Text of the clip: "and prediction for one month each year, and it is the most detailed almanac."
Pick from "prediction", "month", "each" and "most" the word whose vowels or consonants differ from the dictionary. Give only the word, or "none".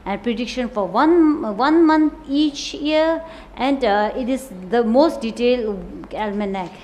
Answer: month